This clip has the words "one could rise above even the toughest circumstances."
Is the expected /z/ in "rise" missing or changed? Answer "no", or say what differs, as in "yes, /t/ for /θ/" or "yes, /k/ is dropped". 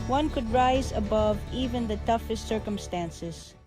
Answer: no